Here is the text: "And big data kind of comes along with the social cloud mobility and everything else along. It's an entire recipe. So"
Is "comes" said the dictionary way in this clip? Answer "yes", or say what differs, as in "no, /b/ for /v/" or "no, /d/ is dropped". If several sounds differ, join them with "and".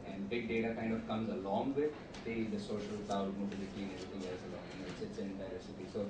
yes